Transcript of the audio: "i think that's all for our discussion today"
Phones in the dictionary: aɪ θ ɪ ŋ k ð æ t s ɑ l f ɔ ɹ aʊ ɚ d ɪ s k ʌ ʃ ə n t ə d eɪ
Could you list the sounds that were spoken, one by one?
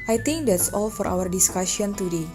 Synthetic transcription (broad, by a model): aɪ t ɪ ŋ k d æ t s ɑ l f ɔ ɹ aʊ ɚ d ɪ s k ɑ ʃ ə n t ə d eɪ